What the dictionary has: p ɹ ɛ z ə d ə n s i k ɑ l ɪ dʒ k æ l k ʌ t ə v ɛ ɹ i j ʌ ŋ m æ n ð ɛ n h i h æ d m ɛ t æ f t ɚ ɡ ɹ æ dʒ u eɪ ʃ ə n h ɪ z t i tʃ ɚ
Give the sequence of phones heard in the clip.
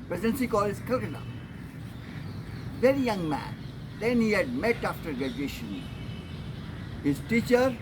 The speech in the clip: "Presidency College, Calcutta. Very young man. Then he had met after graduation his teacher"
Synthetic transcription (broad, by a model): p ɹ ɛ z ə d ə n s i k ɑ l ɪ z k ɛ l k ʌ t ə v ɛ ɹ i j ʌ ŋ m æ n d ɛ n h i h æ d m ɛ t æ f t ɚ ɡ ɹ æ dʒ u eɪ ʃ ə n h ɪ z t i tʃ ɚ